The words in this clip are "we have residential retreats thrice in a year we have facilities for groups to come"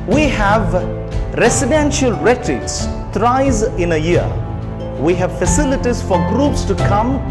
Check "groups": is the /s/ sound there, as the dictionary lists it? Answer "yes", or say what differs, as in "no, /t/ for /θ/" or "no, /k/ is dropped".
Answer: yes